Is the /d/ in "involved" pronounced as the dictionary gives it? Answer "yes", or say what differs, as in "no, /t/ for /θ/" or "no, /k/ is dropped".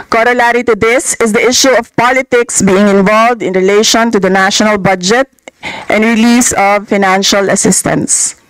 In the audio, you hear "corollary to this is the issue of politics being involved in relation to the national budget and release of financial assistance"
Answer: yes